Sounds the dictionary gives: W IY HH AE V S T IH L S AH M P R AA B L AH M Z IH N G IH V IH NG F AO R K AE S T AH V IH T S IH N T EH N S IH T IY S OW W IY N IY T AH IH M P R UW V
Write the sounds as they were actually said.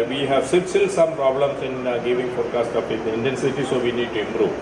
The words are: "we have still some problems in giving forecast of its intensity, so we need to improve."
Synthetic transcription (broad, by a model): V IY HH AE V S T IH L S AH M P R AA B L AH M S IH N G IH V IH NG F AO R K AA S T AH P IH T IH N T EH N S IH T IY S OW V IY N IY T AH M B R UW